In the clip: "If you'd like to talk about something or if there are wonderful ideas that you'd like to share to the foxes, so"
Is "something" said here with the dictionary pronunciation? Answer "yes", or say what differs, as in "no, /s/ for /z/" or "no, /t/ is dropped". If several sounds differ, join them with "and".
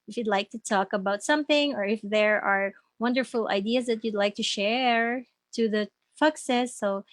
yes